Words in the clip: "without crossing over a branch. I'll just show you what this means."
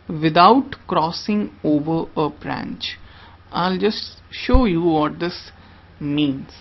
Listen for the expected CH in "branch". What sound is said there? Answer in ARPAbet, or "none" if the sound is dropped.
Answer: CH